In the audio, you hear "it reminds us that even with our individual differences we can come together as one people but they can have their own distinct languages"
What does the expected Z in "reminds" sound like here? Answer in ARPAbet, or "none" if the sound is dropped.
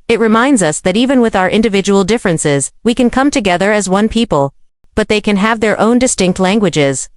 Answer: Z